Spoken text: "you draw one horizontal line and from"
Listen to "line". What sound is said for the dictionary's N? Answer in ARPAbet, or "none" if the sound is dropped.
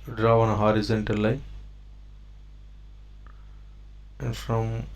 none